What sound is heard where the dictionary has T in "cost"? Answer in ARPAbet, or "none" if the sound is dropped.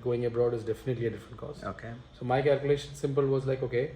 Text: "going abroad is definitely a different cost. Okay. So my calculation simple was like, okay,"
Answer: none